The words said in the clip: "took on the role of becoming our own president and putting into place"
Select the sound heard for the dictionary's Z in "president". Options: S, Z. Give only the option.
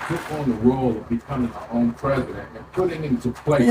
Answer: Z